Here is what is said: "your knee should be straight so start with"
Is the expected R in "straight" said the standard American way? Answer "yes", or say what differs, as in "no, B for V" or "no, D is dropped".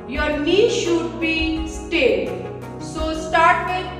no, R is dropped